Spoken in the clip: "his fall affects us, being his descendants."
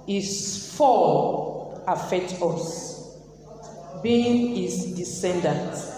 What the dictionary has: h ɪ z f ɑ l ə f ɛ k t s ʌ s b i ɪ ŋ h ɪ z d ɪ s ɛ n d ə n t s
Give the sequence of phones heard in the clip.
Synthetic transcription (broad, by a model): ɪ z f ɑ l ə f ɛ k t ɔ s b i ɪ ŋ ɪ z d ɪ s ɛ n d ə n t